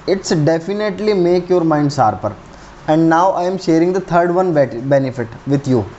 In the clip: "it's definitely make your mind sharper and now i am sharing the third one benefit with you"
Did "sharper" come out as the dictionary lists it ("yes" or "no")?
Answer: no